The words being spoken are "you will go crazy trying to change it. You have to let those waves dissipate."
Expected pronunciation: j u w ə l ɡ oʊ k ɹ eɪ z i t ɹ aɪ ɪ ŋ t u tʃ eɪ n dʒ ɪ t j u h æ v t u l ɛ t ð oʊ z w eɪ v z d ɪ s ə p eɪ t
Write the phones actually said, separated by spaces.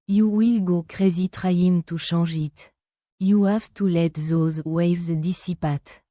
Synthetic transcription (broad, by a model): j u w ə l ɡ oʊ k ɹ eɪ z i t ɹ aɪ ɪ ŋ t u ʃ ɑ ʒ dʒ ɪ t j u h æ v t u l ɛ t ð oʊ z w eɪ v z d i s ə p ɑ t